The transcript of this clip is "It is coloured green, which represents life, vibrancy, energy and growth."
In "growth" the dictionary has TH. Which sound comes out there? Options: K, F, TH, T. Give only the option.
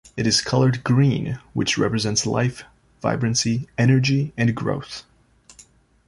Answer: TH